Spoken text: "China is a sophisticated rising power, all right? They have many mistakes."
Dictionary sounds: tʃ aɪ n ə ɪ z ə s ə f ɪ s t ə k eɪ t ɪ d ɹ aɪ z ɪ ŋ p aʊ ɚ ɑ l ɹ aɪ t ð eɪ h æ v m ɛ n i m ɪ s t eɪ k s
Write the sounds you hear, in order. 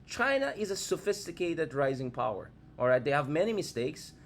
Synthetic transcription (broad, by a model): tʃ aɪ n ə ɪ z ə s ə f ɪ s t ə k eɪ t ɪ d ɹ aɪ z ɪ ŋ p aʊ ɚ ɑ l ɹ aɪ t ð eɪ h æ v m ɛ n i m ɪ s t eɪ k s